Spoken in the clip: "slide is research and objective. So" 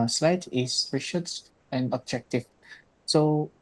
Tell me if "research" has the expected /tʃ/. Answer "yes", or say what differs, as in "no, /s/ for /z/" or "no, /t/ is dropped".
no, /s/ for /tʃ/